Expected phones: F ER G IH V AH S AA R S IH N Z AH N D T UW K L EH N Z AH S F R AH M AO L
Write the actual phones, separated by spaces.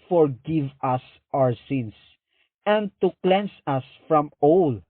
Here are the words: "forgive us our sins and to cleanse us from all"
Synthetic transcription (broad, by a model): F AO G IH V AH S AA R S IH N S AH N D T UW K L EH N S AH S F R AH M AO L